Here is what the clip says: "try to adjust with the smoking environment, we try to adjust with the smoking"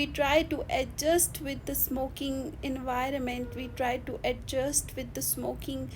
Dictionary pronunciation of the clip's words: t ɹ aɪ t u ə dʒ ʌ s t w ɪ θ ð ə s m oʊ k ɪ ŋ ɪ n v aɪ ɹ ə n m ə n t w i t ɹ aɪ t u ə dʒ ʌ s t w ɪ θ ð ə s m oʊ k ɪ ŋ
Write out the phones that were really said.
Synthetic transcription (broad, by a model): t ɹ aɪ t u ə dʒ ʌ s t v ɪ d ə s m oʊ k ɪ ŋ ɪ n v aɪ ɹ ə n m ə n t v i t ɹ aɪ t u ə dʒ ʌ s t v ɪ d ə s m oʊ k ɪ ŋ